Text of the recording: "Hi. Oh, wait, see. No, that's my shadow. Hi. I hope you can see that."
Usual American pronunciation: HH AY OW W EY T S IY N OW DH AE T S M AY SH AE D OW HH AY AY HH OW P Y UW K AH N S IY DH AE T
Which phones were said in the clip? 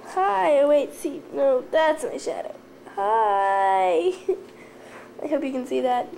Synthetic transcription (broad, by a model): HH AY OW W EY T S IY N OW DH AE T S M AY SH AE D OW HH AY AY HH OW P Y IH K AH N S IY DH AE T